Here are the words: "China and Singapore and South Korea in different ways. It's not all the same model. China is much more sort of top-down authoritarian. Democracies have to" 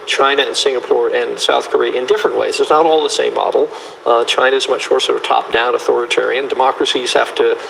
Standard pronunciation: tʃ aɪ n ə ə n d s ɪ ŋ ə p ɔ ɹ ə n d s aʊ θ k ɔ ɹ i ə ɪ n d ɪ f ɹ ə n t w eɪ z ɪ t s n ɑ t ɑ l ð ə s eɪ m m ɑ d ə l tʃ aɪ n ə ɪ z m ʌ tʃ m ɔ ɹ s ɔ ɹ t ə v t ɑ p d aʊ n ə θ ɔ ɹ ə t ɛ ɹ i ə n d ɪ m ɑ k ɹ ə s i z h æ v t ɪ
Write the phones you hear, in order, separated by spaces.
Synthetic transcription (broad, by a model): tʃ aɪ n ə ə n s ɪ ŋ ə p ɔ ɹ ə n s aʊ θ k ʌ ɹ i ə ɪ n d ɪ f ɹ ə n t w eɪ z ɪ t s n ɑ t ɑ l ð ə s eɪ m m ɑ d l tʃ aɪ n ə ɪ z m ʌ tʃ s ɔ ɹ s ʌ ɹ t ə t ɑ p d aʊ n ə θ ɔ ɹ ə t ɛ ɹ i ə n d ɪ m ɑ k ɹ ə s i z h æ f t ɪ